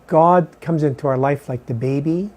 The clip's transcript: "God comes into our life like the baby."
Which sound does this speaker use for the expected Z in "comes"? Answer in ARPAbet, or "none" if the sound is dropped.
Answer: Z